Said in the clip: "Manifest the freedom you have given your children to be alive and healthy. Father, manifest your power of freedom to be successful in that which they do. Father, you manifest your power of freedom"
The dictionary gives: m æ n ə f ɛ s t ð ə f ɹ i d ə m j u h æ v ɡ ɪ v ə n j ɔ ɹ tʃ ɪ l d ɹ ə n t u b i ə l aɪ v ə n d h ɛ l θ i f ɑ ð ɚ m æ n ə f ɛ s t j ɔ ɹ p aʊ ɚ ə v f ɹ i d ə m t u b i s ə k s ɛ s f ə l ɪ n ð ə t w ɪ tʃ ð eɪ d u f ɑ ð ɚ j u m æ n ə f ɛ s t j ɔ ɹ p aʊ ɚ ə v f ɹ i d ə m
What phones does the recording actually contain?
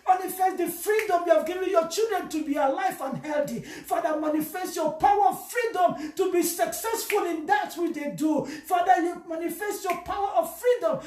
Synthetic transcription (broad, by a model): m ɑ n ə f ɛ s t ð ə f ɹ i d ə m j u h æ v ɡ ɪ v ə n j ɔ tʃ ɪ l d ɹ ə n t u b i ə l aɪ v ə n h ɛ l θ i f ɑ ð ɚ m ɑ n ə f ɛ s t j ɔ p aʊ ɚ ə v f ɹ i d ə m t u b i s ə k s ɛ s f ə l ɪ n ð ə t w ɪ tʃ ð eɪ d u f ɑ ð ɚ j u m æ n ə f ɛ s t j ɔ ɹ p aʊ ɚ ə v f ɹ i d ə m